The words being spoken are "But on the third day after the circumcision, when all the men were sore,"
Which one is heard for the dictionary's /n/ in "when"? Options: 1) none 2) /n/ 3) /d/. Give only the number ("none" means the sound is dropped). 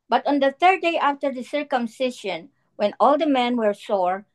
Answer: 2